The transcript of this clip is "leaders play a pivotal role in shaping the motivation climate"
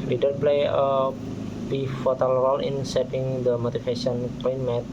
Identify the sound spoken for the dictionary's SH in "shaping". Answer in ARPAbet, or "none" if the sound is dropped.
S